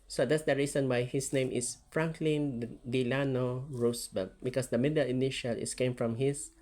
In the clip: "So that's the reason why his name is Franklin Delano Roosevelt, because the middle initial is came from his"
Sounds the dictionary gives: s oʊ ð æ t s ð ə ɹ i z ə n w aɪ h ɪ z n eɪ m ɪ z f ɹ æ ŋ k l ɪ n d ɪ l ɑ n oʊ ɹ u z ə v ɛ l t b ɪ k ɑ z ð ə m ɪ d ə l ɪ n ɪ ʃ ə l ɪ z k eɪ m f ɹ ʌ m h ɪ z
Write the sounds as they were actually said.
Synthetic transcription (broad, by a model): s oʊ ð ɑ t s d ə ɹ i s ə n w aɪ h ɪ s n eɪ m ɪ s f ɹ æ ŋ k l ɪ n d ɪ l ɑ n oʊ ɹ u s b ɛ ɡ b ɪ k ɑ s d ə m ɪ d ə l ɪ n ɪ ʃ ə l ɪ s k eɪ m f ɹ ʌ m h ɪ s